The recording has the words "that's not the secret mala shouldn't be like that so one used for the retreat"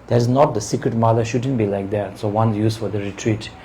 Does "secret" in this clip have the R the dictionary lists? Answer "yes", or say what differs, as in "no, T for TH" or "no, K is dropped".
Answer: yes